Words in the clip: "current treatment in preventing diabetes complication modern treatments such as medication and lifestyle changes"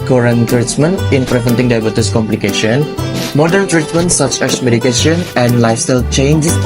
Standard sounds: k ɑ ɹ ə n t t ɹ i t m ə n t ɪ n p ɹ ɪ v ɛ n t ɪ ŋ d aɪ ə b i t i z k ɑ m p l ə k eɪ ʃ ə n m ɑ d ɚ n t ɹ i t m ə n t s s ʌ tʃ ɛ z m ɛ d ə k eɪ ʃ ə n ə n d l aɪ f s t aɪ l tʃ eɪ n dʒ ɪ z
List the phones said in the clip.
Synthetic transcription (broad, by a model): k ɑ ɹ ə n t t ɹ i t m ə n t ɪ n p ɹ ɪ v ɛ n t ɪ ŋ d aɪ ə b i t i s k ɑ m p l ə k eɪ ʃ ə n m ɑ d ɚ n t ɹ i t m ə n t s s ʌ tʃ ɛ s m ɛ d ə k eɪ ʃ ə n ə n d l aɪ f s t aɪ l tʃ eɪ n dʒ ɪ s